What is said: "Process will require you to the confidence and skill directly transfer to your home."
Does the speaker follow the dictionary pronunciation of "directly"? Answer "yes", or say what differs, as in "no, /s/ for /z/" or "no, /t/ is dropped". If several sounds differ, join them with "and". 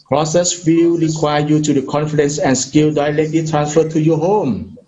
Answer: no, /l/ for /ɹ/